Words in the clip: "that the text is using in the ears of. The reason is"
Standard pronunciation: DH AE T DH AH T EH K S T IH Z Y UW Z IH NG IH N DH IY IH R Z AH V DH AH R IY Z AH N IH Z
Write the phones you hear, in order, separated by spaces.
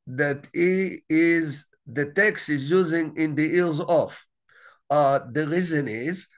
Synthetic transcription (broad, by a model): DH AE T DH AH T EH K S T IH Z Y UW Z IH NG IH N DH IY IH L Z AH F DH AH R IY Z AH N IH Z